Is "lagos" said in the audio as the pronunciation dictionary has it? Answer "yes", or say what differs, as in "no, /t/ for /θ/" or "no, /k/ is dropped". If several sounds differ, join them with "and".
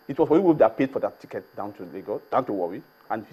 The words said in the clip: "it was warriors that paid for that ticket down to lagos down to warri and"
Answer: no, /s/ is dropped